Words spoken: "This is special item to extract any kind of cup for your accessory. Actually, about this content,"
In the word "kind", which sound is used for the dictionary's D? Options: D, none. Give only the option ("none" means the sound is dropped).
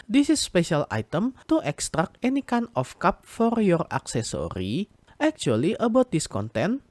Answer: none